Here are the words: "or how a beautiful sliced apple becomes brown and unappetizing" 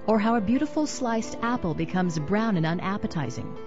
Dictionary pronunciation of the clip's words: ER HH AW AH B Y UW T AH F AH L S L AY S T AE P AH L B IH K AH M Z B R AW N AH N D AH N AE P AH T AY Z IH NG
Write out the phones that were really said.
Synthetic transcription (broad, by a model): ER HH AW AH B Y UW T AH F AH L S L AY S T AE P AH L B IH K AH M Z B R AW N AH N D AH N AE P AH T AY Z IH NG